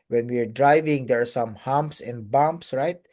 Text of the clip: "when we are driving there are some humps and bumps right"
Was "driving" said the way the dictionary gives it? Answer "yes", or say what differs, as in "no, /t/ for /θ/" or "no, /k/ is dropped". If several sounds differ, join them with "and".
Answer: yes